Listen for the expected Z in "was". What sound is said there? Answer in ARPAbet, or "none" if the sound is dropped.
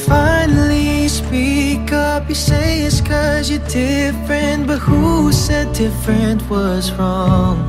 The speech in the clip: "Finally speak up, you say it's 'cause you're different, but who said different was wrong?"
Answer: Z